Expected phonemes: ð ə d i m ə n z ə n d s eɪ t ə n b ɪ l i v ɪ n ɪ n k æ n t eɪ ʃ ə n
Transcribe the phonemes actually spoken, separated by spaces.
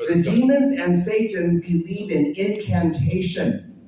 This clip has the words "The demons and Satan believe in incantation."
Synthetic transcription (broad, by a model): ð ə d i m ə n z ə n s eɪ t n b ɪ l i v ɪ n ɪ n k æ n t eɪ ʃ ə n